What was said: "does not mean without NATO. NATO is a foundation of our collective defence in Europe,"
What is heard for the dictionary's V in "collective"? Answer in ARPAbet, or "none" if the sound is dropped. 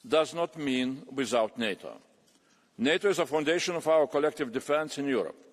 V